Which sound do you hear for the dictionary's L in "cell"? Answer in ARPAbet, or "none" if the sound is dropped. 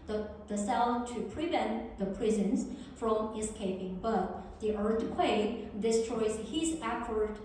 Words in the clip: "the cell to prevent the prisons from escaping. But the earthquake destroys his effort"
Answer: N